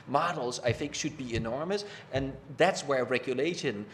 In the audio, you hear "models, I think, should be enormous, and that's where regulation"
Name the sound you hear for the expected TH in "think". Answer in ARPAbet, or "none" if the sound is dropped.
TH